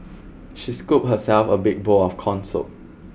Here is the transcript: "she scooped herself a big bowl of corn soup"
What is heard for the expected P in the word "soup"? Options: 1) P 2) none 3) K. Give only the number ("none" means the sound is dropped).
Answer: 2